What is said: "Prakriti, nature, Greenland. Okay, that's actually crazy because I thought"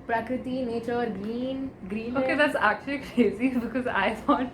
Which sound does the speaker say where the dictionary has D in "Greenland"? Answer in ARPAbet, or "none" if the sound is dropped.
none